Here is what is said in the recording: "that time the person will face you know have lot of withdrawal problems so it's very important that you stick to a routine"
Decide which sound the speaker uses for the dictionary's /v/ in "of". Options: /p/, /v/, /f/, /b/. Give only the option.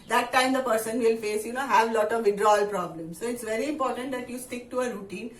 /v/